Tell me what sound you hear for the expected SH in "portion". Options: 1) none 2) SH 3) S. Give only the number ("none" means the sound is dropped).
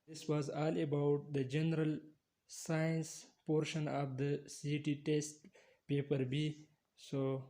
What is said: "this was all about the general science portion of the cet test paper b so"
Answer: 2